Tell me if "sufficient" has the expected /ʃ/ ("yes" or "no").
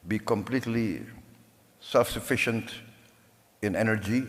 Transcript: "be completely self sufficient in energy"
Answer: yes